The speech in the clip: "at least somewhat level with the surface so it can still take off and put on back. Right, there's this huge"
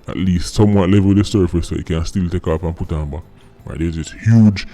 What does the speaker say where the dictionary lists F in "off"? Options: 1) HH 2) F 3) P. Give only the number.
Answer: 3